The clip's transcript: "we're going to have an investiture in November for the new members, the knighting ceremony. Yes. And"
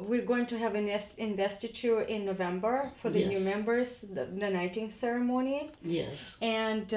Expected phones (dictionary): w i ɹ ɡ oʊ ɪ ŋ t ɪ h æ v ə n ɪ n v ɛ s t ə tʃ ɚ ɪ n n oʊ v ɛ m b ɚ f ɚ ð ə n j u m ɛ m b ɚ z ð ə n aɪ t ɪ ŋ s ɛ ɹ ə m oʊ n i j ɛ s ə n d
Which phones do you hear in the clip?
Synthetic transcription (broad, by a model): w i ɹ ɡ oʊ ɪ ŋ t ɪ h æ v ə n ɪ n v ɛ s t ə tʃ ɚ ɪ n n oʊ v ɛ m b ɚ f ɚ ð ə n j u m ɛ m b ɚ z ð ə n aɪ t ɪ ŋ s ɛ ɹ ə m oʊ n i j ɛ s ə n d